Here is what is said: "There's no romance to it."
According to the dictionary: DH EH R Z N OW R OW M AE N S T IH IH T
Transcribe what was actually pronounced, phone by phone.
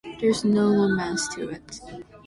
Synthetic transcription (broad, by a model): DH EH R Z N OW L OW M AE S T IH IH T